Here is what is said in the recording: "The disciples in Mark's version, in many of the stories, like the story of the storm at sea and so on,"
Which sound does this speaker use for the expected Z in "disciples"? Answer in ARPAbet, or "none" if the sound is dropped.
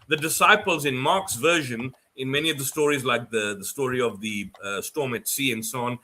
Z